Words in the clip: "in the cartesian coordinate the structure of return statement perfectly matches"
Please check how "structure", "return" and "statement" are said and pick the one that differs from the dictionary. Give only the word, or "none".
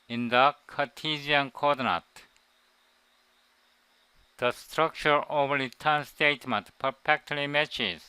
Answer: return